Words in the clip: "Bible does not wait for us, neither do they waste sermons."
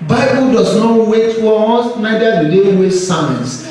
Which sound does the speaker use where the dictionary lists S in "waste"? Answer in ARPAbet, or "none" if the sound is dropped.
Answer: none